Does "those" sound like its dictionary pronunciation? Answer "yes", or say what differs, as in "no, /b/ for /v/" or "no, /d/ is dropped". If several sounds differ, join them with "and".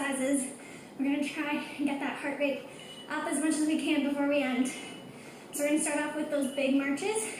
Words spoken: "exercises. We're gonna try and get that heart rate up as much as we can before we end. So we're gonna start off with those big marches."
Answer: yes